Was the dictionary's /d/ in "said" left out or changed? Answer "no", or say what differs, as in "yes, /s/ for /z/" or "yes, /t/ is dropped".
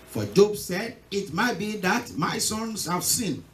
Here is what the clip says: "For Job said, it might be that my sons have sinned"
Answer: no